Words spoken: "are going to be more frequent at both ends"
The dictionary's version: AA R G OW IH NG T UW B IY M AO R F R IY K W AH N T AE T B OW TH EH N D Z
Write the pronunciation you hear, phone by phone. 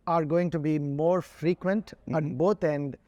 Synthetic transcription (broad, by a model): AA R G OW IH NG T UW B IY M AO R F R IY K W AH N T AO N B OW T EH N D